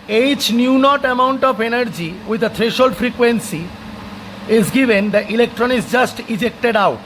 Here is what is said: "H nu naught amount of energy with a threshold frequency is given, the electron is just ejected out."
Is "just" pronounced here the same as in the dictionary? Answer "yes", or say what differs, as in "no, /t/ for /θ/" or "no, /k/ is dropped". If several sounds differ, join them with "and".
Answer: yes